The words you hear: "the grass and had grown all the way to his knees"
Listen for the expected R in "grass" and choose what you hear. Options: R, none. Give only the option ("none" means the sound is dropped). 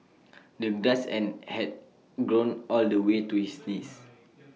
none